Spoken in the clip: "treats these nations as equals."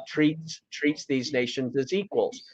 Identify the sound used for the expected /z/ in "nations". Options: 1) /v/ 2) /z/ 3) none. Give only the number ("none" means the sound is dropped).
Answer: 2